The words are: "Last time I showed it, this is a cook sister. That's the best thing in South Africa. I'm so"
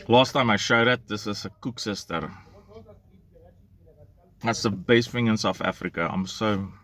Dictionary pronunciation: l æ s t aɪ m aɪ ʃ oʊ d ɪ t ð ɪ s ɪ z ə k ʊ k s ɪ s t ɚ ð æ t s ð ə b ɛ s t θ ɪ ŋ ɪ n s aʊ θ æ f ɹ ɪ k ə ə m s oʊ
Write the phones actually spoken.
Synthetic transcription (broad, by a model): l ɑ s t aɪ m aɪ ʃ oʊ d ɪ t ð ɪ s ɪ s ə k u k s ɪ s t ɚ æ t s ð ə b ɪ s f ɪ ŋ ɪ n s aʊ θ æ f ɹ ɪ k ə ə m s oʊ